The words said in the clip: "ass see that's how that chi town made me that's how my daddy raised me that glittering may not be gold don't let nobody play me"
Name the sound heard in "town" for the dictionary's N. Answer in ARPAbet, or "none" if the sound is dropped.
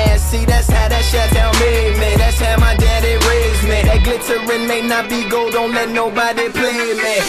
L